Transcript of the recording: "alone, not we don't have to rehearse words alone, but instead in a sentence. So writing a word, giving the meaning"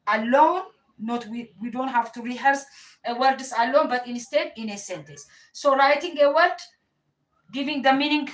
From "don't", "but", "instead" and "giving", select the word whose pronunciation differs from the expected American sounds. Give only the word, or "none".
none